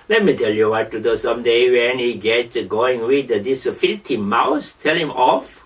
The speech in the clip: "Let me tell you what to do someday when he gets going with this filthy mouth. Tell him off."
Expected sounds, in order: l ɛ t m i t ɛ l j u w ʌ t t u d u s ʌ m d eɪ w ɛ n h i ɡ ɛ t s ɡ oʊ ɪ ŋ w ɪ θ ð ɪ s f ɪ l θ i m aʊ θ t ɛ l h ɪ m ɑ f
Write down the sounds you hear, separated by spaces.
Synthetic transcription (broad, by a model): l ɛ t m i t ɛ l j u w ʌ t t u d u s ʌ m d eɪ w ɛ n h i ɡ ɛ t ɡ oʊ ɪ ŋ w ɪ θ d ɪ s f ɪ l t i m aʊ s t ɛ l h ɪ m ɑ f